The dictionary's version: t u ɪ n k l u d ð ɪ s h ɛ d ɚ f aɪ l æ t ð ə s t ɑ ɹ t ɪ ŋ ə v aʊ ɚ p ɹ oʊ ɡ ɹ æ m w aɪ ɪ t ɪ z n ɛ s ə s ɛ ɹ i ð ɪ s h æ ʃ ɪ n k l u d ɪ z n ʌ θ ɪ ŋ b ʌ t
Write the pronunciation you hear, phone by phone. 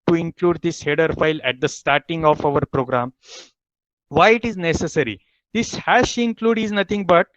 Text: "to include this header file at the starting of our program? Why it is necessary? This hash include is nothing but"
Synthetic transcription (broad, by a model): t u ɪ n k l u d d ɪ s h ɛ d ɚ f aɪ l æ t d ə s t ɑ ɹ t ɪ ŋ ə f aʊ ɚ p ɹ oʊ ɡ ɹ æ m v aɪ ɪ t ɪ z n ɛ s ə s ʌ ɹ i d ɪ s h æ ʃ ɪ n k l u d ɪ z n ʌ t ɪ ŋ b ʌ t